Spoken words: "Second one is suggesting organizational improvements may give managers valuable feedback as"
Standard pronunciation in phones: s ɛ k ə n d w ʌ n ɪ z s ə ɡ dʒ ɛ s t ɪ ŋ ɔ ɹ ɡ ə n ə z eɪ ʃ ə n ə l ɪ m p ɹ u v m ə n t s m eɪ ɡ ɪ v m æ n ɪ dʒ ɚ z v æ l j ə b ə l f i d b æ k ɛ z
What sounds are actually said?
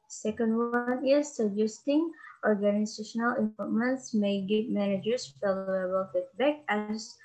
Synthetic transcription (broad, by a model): s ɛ k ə n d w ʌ n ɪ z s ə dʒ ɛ s t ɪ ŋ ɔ ɹ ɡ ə n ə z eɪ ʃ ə n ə l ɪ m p ɔ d m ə n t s m eɪ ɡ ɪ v m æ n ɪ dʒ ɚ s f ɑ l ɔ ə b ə l f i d b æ k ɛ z